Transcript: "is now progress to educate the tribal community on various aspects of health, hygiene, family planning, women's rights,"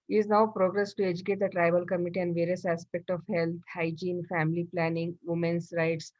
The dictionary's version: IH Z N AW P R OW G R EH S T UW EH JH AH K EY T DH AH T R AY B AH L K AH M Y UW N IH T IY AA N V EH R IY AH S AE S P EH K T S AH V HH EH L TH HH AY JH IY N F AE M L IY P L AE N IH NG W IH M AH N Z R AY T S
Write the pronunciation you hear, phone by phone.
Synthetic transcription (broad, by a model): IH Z N AW P R OW G R EH S T UW EH JH AH K EY T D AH T R AY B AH L K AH M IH T IY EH N V EH R IY AH S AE S P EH K T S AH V HH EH L T HH AY JH IY N F AE M L IY P L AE N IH NG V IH M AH N S R AY T S